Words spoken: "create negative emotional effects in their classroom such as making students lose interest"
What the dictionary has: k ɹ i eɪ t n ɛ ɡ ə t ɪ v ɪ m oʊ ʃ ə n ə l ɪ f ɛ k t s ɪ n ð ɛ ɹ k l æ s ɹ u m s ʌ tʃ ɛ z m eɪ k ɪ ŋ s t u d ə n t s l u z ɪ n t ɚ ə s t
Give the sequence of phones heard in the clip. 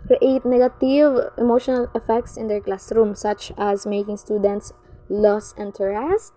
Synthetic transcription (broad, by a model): k ɹ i eɪ t n ɛ ɡ ə t ɪ v ɪ m oʊ ʃ ə n ə l ɪ f ɛ k t s ɪ n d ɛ ɹ k l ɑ s ɹ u m s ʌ tʃ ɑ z m eɪ k ɪ ŋ s t u d ə n t s l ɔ s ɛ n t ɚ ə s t